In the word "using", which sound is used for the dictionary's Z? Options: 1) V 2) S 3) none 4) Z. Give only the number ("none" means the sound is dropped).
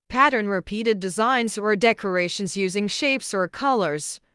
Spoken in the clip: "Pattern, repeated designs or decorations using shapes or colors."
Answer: 4